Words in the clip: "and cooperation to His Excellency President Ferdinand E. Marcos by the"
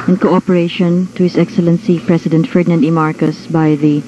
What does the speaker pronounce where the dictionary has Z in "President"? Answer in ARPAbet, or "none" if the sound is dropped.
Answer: S